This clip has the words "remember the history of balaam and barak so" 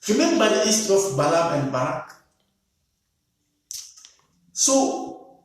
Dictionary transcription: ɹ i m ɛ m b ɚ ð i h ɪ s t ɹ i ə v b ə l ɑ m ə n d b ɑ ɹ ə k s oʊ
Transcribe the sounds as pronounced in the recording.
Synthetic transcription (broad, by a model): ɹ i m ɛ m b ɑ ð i s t i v b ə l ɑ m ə n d b ɑ ɹ ə k s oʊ